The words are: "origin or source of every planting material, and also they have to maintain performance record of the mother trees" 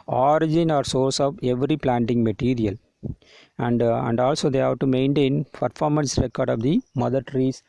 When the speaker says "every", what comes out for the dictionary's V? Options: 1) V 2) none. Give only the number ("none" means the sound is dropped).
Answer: 1